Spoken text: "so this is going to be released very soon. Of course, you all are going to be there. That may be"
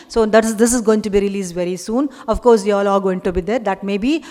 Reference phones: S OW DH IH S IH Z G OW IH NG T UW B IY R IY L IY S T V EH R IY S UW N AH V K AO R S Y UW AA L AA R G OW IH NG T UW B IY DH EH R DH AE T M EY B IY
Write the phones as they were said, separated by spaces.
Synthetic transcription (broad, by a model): S OW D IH S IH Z G OW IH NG T UW B IY R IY L IY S V EH R IY S UW N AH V K AO R S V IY AA L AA L G OW IH NG T UW B IY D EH R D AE T M EY B IY